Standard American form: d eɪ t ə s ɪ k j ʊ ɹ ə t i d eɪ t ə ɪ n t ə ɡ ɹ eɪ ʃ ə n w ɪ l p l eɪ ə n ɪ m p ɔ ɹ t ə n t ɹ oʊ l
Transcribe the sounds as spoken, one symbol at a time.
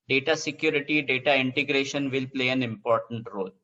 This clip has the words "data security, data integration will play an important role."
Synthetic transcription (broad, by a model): d eɪ t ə s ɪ k j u ɹ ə t i d eɪ t ə ɪ n t ə ɡ ɹ eɪ ʃ ə n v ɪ l p l eɪ ə n ɪ m p ɔ ɹ t ə n t ɹ oʊ l